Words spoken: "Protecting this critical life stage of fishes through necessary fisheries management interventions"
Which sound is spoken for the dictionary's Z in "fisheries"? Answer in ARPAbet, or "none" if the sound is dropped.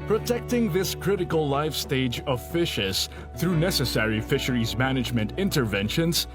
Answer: Z